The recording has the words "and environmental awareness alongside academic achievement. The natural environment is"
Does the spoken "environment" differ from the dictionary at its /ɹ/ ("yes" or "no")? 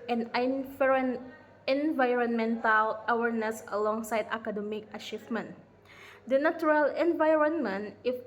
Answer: no